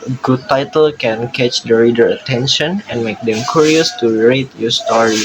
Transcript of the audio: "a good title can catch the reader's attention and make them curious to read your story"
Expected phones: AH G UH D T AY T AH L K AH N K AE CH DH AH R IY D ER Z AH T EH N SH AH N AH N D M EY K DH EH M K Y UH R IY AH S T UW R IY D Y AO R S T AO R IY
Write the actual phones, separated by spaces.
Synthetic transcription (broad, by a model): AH G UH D T AY T AH L K AH N K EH CH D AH R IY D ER AH T EH N SH AH N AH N M EY K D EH M K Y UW R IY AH S T UW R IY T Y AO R S T AO R IY